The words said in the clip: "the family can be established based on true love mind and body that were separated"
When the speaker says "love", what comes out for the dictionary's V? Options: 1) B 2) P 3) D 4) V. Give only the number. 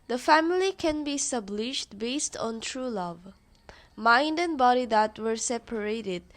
4